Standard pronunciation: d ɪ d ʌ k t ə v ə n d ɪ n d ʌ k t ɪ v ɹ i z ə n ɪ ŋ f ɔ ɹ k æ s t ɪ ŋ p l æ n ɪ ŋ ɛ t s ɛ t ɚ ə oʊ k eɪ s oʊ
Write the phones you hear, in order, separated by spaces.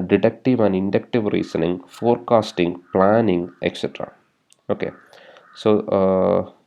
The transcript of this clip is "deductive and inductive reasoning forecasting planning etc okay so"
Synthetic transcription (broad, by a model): d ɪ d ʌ k t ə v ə n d ɪ n d ʌ k t ɪ v ɹ i s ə n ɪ ŋ f ɔ ɹ k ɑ s t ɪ ŋ p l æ n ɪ ŋ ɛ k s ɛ t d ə oʊ k eɪ s oʊ